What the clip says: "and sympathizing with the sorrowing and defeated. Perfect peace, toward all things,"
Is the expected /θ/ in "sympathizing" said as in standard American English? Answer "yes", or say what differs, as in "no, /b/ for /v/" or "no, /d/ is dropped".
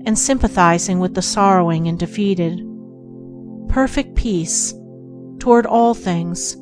yes